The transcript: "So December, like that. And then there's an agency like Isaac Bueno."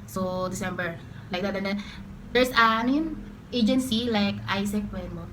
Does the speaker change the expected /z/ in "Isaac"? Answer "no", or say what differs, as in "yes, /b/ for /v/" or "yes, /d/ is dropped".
yes, /s/ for /z/